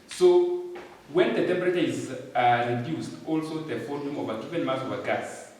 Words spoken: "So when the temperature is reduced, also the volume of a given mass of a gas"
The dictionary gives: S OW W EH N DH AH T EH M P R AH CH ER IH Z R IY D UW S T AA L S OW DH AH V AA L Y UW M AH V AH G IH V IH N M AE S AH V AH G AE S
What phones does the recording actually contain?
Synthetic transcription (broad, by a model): S OW W EH N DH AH T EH M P R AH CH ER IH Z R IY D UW S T AA L S OW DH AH F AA Y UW M AH V AH G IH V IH N M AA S AH V AH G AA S